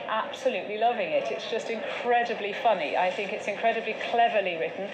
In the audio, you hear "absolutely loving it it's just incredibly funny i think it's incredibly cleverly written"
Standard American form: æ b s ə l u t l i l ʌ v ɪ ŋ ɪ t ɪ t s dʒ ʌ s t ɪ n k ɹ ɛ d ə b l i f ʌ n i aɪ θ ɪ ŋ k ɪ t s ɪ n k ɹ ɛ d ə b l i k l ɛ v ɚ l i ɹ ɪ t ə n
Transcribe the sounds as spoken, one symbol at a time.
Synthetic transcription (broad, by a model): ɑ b s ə l u t l i l ʌ v ɪ ŋ ɪ t ɪ t s dʒ ʌ s t ɪ n k ɹ ɛ d ə b l i f ʌ n i aɪ θ ɪ ŋ k ɪ t s ɪ n k ɹ ɛ d ə b l i k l ɛ v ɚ l i ɹ ɪ t n